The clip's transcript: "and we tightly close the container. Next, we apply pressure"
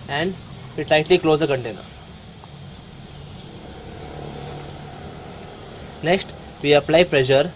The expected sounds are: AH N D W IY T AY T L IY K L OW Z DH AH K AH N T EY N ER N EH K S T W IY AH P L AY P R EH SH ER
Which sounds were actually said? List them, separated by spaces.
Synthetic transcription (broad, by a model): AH N D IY T AY T L IY K L OW Z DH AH K AH N T EY N ER N EH K S T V IY AH P L AY P R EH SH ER